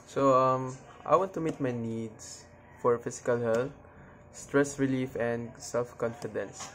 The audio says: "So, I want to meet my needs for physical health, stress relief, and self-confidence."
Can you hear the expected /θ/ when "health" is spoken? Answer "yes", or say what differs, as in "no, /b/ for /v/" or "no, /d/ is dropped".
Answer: no, /t/ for /θ/